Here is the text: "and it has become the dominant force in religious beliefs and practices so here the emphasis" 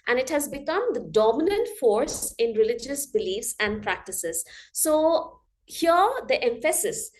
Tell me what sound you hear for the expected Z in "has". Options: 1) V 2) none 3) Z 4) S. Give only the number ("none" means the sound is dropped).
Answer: 3